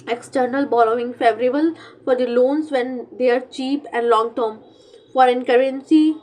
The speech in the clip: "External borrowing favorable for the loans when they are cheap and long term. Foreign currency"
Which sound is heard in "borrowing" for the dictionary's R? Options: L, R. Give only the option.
L